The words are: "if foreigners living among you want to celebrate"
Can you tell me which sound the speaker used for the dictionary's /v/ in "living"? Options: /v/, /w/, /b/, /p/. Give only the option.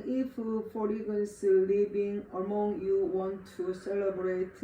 /b/